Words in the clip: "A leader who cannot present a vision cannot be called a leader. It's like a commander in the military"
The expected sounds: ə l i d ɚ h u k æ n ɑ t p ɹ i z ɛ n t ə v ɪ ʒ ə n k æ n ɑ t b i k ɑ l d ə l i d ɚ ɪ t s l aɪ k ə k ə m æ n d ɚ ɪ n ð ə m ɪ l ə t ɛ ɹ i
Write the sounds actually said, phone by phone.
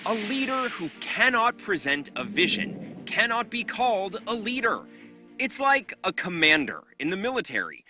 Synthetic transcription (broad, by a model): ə l i d ɚ h u k æ n ɑ t p ɹ i z ɛ n t ə v ɪ ʒ ə n k æ n ɑ t b i k ɑ l d ə l i d ɚ ɪ t s l aɪ k ə k ə m æ n d ɚ ɪ n ð ə m ɪ l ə t ɛ ɹ i